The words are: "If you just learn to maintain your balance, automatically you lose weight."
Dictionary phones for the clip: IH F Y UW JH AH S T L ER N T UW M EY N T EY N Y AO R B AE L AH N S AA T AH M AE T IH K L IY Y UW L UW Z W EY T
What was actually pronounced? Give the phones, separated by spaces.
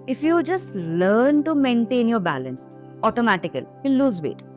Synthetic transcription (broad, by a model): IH F Y UW JH AH S T L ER N T UW M EY N T EY N Y AO R B AE L AH N S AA T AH M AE T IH K IY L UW L UW Z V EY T